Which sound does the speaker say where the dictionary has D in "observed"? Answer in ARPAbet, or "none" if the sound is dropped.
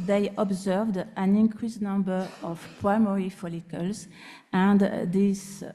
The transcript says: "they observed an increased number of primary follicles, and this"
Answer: D